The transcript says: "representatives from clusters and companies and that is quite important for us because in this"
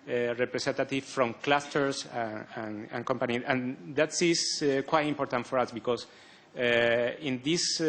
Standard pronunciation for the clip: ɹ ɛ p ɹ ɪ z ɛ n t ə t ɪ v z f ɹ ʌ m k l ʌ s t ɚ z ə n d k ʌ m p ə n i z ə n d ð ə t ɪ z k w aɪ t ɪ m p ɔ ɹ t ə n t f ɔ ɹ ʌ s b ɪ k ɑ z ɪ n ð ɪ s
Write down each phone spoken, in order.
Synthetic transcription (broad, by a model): ɹ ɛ p ɹ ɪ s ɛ n t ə t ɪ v f ɹ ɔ m k l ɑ s t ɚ s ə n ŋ k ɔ m p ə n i ə n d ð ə t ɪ s k w aɪ t ɪ m p ɔ ɹ t ə n t f ɔ ɹ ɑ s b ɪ k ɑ s ɪ n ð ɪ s